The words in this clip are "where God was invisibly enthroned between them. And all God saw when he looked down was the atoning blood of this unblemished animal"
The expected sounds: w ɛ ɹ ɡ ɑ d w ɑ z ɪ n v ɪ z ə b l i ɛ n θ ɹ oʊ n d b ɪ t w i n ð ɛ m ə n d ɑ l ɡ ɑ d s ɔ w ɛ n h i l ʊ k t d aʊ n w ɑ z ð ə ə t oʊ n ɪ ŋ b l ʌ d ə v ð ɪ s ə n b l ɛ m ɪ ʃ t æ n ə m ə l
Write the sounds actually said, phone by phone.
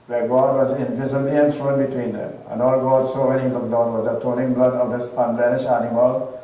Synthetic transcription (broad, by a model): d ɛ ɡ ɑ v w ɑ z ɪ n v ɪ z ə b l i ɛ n s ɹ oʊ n b ɪ t w i n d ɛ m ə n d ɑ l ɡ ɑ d s ɔ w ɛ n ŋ l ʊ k d aʊ n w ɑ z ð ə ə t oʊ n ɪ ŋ b l ʌ d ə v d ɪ s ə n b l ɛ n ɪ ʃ æ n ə m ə l